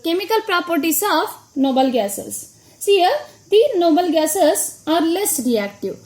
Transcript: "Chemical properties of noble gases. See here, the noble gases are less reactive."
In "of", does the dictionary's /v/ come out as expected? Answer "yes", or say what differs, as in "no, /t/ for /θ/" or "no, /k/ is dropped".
no, /p/ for /v/